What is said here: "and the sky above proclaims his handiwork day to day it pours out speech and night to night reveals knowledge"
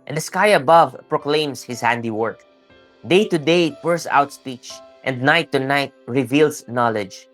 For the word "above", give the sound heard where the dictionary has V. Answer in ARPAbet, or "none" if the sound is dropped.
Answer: V